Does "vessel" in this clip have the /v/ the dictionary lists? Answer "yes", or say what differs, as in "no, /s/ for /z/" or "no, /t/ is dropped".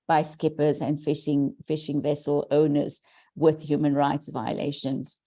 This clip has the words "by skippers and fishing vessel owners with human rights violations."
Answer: yes